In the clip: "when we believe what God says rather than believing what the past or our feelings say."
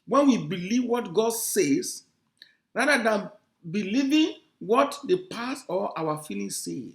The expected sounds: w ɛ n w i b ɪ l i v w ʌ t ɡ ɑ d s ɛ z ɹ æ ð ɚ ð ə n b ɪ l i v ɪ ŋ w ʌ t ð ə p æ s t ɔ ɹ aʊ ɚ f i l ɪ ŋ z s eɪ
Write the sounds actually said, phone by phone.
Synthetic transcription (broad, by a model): w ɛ n w i b ɪ l i v w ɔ t ɡ ɑ d s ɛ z ɹ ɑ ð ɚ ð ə n b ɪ l i v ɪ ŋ w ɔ t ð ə p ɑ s ɔ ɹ aʊ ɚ f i l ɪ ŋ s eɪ